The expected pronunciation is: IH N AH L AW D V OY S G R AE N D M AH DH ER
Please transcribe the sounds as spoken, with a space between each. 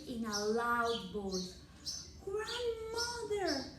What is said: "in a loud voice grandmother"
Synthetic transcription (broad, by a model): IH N AH L AW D B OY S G R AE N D M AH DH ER